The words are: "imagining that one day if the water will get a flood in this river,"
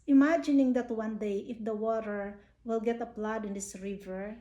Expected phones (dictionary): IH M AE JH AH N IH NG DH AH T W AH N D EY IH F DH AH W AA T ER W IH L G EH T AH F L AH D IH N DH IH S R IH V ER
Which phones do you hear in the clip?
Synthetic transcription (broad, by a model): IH M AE JH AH N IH NG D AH T W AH N D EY IH F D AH W AA T ER W IH L G EH T AH P L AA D IH N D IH S R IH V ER